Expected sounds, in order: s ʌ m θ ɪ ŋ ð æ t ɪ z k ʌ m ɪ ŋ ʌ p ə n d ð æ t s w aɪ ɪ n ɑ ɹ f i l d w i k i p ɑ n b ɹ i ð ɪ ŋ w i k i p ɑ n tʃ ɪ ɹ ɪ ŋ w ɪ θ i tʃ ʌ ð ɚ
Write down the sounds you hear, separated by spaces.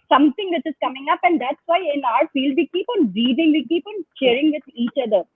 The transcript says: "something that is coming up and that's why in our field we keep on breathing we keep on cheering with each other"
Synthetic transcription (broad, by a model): s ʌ m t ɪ ŋ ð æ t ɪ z k ʌ m ɪ ŋ ʌ p ə n d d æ t s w aɪ ɪ n ɑ ɹ f i l d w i k i p ɑ n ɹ i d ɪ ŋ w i k i p ɑ n ʃ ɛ ɹ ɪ ŋ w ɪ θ i tʃ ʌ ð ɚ